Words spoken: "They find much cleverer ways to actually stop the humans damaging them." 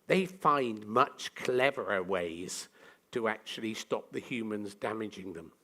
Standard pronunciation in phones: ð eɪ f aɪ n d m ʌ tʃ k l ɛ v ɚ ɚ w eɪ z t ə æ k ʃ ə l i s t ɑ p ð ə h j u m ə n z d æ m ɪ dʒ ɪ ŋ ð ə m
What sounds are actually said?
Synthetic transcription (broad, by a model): ð eɪ f aɪ n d m ʌ tʃ k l ɛ v ɚ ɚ w eɪ z t ə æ k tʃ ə l i s t ɑ p ð ə h j u m ə n z d æ m ɪ dʒ ɪ ŋ ð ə m